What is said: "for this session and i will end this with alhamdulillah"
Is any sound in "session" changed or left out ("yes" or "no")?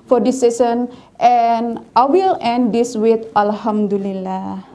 yes